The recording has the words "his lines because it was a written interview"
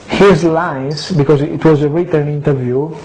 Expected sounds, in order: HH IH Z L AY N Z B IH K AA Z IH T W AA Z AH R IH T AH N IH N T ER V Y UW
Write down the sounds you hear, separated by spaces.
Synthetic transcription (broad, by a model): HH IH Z L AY Z B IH K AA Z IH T W AA Z AH R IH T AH N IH N T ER V Y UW